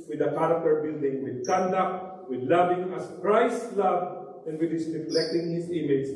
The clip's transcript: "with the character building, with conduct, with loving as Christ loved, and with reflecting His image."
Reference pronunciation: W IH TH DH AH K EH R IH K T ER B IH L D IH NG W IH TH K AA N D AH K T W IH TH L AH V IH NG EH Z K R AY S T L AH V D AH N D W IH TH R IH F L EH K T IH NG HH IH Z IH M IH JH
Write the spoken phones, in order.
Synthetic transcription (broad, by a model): W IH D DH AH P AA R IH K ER B IH L D IH NG W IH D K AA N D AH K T W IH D L AH V IH NG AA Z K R AY S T L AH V AH N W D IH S R IH F L EH K T IH NG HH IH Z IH M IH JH